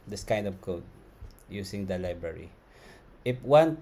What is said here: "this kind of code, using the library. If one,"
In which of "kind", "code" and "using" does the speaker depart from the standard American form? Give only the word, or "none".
using